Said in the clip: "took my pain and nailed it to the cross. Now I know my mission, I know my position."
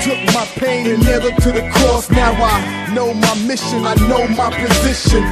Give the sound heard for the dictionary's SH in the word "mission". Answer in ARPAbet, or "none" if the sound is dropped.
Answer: SH